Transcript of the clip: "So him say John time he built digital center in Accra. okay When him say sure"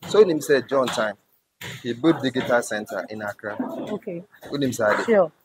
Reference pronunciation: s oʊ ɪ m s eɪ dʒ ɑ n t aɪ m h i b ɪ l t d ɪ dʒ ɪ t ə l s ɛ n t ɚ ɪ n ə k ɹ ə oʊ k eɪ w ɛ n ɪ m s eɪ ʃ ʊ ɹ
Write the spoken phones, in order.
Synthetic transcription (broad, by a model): s oʊ ɪ m s eɪ dʒ ɑ n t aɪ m h i b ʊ t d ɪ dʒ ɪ t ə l s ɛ n t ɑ ɪ n ə k ɹ ə oʊ k eɪ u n ɪ m s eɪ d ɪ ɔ